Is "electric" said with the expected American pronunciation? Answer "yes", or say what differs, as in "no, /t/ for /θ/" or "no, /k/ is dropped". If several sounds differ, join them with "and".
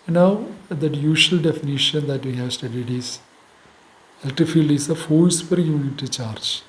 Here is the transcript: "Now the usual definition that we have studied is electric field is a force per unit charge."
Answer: no, /ɹ/ is dropped